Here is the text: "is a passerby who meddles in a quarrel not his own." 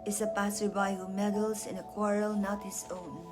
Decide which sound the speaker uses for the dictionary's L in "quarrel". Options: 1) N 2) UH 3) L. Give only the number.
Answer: 3